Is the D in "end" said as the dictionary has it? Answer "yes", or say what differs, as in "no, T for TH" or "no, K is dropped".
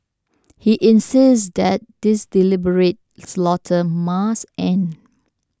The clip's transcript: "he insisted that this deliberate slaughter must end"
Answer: no, D is dropped